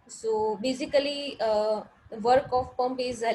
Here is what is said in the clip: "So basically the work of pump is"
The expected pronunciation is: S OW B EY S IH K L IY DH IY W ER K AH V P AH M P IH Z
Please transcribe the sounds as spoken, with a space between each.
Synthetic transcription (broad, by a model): S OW B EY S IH K IY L IY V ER K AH F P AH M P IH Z